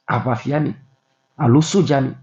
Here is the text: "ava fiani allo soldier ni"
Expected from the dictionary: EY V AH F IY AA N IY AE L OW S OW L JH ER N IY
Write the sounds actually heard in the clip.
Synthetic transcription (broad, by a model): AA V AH F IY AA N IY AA L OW S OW JH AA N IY